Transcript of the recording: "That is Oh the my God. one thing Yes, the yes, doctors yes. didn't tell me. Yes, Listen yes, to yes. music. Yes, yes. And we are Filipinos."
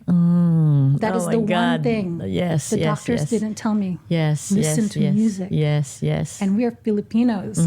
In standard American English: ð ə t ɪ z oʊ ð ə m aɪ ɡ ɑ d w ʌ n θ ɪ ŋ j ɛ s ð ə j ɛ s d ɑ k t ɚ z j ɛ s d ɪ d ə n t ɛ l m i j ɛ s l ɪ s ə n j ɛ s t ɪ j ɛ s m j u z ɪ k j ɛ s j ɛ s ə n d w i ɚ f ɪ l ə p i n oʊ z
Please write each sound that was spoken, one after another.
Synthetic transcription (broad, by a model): ð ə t ɪ z ð ə w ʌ n θ ɪ ŋ j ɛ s ð ə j d ɑ k t ɚ z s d ɪ d n t ɛ l m i j ɛ s l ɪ s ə n t ɪ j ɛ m j u z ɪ k j ɛ s j ɛ s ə n w i ɚ f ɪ l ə p i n oʊ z